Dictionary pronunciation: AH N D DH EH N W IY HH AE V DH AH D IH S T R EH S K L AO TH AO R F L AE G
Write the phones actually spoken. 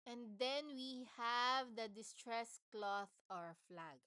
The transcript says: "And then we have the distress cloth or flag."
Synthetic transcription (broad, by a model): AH N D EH N W IY HH AE V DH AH D IH S T R EH S K L AO TH AO R F L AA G